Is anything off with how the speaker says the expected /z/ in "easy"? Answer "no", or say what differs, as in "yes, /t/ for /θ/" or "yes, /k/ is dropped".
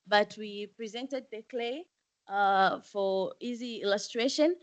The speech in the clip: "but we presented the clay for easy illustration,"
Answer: no